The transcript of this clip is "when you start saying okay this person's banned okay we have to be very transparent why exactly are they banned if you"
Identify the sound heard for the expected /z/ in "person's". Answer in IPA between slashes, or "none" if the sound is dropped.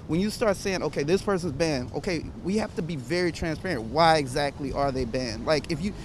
/z/